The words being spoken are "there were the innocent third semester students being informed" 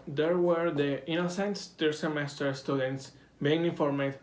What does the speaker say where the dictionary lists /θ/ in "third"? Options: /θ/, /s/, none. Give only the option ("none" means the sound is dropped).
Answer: /s/